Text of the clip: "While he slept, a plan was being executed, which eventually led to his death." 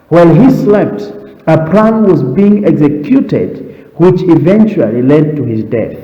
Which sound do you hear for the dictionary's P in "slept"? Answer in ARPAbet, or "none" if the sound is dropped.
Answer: P